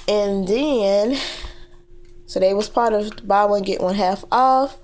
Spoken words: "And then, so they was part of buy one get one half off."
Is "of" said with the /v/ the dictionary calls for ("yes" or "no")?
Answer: yes